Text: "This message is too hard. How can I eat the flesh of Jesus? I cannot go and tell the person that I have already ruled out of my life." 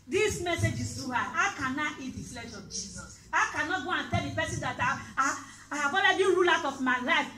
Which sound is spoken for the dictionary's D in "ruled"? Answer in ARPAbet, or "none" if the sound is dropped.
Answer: none